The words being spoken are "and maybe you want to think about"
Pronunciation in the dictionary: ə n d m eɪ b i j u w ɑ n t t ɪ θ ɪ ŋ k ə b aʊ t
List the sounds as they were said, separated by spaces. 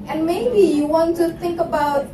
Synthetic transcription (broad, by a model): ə n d m eɪ b i j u w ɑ n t t ɪ θ ɪ ŋ k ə b aʊ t